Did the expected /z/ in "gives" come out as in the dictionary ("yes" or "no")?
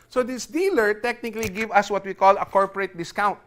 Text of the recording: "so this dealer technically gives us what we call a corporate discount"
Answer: no